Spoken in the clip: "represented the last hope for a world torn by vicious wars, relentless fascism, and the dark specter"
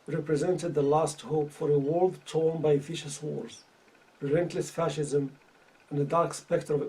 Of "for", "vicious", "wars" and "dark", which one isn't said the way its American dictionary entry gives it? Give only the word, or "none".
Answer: vicious